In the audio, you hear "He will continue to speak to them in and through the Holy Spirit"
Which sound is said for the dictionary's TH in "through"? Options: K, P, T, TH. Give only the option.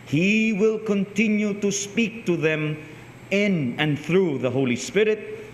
TH